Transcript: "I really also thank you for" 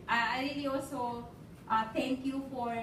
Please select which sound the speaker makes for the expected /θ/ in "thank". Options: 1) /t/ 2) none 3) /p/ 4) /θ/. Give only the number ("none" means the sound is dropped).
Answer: 1